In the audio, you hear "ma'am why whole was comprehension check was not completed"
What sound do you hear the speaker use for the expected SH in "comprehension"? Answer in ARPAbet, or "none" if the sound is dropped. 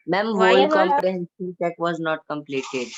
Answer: S